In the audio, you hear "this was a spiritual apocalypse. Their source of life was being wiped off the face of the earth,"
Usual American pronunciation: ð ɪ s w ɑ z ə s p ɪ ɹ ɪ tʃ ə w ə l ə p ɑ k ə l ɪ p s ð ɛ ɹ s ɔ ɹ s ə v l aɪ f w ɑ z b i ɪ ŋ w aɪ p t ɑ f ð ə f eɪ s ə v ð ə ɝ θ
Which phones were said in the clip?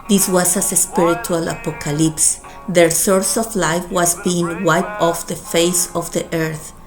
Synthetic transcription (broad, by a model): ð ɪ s w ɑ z ə s p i ɹ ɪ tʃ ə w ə l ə p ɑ k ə l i p s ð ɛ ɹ s ɔ ɹ s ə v l aɪ f w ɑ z b i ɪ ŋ w aɪ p ɑ f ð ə f eɪ s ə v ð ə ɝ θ